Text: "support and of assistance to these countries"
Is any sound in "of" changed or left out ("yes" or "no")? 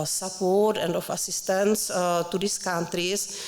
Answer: yes